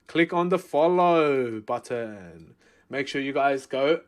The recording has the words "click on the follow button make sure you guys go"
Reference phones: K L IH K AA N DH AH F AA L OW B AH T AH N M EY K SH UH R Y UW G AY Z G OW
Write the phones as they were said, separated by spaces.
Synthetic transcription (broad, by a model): K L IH K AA N DH AH F AA L OW B AH T AH N M EY K SH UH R Y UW G AY Z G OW